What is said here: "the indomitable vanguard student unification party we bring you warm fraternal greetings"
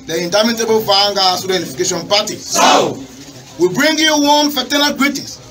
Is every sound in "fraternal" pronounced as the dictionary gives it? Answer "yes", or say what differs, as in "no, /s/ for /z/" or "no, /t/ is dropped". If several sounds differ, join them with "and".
no, /ɹ/ is dropped